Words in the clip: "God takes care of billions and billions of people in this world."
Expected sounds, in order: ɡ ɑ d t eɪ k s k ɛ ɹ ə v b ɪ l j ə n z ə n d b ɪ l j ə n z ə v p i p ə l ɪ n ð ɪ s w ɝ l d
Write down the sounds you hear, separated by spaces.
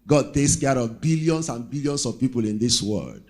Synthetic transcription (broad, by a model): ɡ ɑ d t eɪ k s k ɛ ɹ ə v b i l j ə n s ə n b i l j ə n s ə v p i p ə l ɪ n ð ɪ s w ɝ l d